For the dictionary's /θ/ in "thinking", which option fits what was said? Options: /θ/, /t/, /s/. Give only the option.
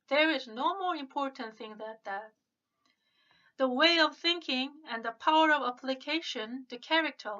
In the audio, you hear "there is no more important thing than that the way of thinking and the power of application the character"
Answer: /θ/